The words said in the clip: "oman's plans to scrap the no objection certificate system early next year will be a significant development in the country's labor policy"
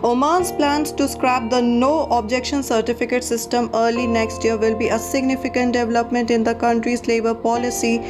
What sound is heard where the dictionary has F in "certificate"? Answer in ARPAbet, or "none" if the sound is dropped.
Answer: F